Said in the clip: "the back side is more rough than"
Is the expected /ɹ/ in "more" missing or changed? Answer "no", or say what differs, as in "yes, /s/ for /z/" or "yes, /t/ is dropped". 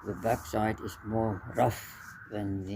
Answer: no